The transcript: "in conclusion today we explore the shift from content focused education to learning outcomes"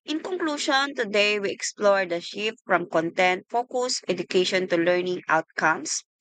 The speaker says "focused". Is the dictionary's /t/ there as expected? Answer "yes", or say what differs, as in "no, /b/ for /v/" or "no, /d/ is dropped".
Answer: no, /t/ is dropped